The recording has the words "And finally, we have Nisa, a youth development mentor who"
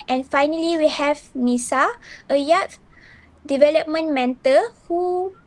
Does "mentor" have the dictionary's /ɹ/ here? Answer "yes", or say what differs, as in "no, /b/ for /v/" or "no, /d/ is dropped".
no, /l/ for /ɹ/